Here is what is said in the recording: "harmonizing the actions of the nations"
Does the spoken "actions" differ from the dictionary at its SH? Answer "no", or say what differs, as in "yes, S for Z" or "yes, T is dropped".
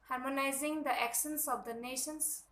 yes, S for SH